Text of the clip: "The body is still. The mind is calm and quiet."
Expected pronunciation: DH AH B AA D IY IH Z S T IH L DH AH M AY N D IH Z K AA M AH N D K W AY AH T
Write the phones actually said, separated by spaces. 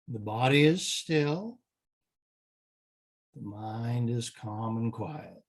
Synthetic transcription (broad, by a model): DH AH B AA D IY IH Z S T IH L DH AH M AY N D IH Z K AA M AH N K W AY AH T